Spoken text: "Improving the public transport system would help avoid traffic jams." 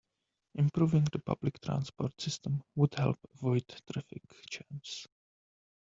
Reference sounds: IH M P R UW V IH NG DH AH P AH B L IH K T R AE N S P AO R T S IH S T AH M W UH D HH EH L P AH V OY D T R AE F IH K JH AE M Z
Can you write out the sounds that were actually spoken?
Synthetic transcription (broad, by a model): IH M P R UW V IH NG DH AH P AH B L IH K T R AE N S P AO R T S IH S T AH M W UH D HH EH L P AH V OY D T R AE F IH K CH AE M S